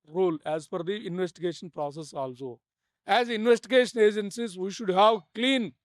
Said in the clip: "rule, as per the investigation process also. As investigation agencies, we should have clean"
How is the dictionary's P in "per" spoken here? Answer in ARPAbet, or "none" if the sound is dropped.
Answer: F